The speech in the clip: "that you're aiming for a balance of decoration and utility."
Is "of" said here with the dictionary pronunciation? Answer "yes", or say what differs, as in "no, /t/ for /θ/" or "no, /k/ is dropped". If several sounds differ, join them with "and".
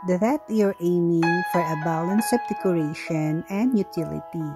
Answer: no, /b/ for /v/